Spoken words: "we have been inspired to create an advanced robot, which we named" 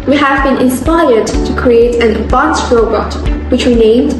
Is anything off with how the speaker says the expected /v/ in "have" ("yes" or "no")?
no